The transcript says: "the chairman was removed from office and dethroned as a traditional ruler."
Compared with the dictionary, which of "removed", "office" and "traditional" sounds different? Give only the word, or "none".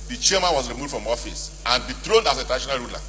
traditional